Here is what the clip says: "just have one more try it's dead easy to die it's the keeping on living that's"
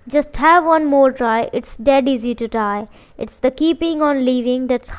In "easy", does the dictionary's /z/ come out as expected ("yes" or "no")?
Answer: yes